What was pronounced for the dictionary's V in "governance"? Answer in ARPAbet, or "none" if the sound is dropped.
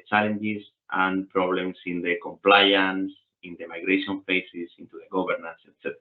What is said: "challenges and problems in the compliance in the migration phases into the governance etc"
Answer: B